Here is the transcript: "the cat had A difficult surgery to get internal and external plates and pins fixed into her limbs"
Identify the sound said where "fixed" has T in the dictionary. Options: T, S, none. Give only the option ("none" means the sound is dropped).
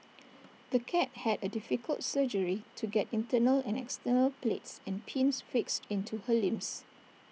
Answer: T